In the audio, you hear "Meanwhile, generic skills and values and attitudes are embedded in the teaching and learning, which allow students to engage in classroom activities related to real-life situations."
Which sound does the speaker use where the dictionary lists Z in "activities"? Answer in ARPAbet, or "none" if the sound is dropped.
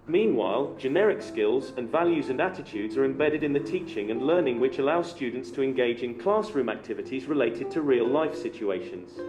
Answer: Z